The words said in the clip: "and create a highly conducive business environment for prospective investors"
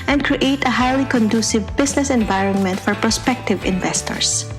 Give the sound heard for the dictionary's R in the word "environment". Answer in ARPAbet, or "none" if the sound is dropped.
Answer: R